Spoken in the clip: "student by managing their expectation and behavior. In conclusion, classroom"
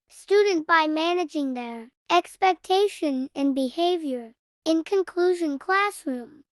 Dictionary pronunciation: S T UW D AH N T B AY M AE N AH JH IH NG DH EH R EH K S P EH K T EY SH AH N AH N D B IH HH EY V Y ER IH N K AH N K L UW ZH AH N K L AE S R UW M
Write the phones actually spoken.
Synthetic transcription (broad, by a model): S T UW D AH N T B AY M AE N AH JH IH NG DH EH R EH K S P EH K T EY SH AH N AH N B IH HH EY V Y ER IH N K AH N K L UW ZH AH N K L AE S R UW M